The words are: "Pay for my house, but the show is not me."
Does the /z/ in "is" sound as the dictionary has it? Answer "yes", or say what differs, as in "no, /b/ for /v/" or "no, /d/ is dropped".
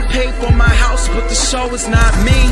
yes